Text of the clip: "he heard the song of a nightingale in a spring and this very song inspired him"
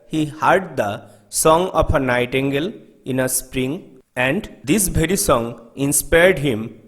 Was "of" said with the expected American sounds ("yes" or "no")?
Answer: no